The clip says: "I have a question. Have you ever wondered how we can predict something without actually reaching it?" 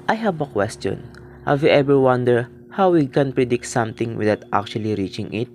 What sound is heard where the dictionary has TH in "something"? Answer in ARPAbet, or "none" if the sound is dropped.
T